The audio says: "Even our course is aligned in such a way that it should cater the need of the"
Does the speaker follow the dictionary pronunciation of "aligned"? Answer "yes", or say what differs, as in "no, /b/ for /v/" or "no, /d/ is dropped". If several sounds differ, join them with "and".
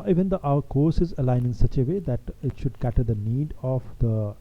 no, /d/ is dropped